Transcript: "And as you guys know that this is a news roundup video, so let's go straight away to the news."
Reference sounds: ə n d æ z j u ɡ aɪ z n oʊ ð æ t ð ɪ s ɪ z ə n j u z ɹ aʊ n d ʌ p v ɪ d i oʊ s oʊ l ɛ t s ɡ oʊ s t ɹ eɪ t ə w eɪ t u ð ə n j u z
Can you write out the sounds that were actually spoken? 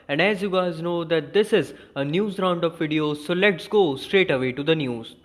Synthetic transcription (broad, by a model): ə n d æ z j u ɡ aɪ z n oʊ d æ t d ɪ s ɪ z ə n j u z ɹ aʊ n d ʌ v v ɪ d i oʊ s oʊ l ɛ t s ɡ oʊ s t ɹ eɪ t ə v eɪ t u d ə n j u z